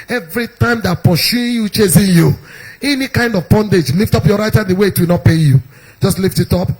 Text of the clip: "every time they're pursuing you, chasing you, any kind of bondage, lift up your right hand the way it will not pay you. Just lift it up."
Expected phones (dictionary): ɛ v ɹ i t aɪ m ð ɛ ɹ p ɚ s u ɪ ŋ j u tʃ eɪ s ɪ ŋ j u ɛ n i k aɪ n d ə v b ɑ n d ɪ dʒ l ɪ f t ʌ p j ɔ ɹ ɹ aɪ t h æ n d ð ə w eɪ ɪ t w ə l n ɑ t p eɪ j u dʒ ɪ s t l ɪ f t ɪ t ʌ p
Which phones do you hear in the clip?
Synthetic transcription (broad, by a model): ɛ v ɹ i t aɪ m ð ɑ p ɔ ʃ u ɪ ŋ j u tʃ eɪ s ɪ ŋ j u ɛ n i k aɪ n d ə v b ɑ n d ɪ dʒ l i f t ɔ p j ɔ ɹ ɹ aɪ t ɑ d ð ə w eɪ ɪ t w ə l n ɑ t p eɪ j u dʒ ɪ s t l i f t ɪ t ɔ p